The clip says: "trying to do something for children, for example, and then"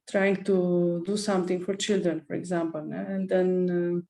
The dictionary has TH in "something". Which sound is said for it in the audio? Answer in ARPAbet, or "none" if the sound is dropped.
T